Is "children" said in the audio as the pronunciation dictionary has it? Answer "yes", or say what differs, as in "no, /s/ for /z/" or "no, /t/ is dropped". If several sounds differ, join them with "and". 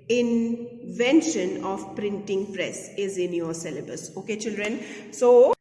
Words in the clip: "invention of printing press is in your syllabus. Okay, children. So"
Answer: yes